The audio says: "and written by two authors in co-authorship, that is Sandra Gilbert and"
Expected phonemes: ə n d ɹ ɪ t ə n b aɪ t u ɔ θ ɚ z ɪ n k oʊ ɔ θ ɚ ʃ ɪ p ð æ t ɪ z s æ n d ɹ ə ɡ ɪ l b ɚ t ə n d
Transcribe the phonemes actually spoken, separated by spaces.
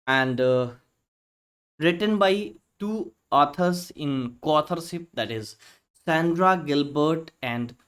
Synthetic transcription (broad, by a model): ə n d ɹ ɪ t ə n b aɪ t u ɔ t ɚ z ɪ n k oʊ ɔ t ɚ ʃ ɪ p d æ t ɪ z s æ n d ɹ ə ɡ ɪ l b ɚ t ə n d